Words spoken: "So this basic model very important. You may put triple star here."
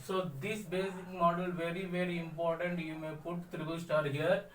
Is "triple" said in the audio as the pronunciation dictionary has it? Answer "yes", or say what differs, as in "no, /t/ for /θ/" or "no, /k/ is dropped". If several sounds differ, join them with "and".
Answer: no, /b/ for /p/